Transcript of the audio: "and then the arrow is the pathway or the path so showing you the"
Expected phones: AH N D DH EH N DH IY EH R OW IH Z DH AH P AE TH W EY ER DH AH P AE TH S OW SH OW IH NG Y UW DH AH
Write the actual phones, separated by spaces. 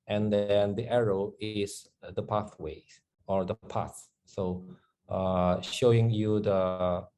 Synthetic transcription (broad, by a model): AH N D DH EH N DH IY EH R OW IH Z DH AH P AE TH W EY ER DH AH P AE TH S OW SH OW IH NG Y UW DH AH